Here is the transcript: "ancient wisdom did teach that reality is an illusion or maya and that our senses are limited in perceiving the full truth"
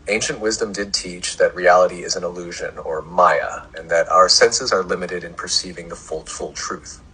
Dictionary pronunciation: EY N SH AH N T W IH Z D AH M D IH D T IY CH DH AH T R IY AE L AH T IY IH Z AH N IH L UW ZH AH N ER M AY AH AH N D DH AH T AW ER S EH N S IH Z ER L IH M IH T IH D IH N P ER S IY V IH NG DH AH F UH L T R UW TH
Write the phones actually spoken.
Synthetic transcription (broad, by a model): EY N SH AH N T W IH Z D AH M D IH D T IY CH DH AH T R IY AE L AH T IY IH Z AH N IH L UW ZH AH N ER M AY AH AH N DH AH T AW ER S EH N S IH Z ER L IH M IH T IH D IH N P ER S IY V IH NG DH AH F UH L T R UW TH